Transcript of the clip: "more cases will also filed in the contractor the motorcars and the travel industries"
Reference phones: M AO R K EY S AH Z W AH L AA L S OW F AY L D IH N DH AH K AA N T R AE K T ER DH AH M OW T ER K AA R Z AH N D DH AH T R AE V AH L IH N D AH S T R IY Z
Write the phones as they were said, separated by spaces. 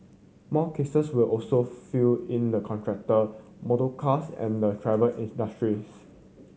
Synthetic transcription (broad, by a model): M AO K EY S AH S W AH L AA L S OW F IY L IH N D AH K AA N T R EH K T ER AH M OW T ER K AA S AH N D AH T R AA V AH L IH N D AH S T R IY S